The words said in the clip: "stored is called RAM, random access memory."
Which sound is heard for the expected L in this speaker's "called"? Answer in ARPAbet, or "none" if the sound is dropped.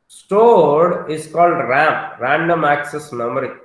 L